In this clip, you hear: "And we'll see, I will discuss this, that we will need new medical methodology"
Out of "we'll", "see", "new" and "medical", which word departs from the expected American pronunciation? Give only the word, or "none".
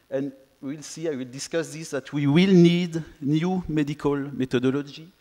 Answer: none